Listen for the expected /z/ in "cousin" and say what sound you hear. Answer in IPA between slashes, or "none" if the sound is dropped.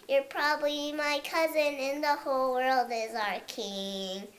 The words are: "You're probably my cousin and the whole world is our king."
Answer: /z/